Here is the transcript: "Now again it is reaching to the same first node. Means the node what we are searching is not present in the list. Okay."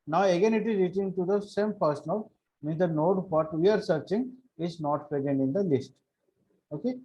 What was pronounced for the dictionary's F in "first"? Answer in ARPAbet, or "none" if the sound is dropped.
P